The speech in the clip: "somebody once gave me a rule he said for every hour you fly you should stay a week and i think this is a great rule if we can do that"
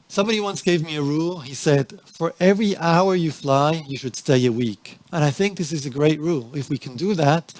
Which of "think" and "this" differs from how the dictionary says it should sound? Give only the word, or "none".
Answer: none